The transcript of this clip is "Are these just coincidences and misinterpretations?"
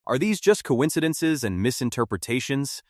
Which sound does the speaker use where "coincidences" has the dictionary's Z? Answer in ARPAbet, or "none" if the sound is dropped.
Z